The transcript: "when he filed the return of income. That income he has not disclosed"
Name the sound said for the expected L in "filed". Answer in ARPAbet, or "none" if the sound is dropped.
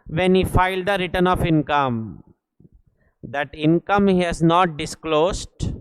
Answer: L